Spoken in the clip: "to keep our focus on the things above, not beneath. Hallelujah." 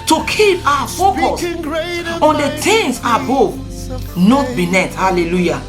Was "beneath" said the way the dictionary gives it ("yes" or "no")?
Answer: no